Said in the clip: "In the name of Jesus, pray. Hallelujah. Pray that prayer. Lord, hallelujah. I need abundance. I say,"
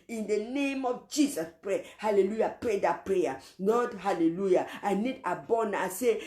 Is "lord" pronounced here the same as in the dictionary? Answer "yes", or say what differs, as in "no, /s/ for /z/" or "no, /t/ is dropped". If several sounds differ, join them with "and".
no, /n/ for /l/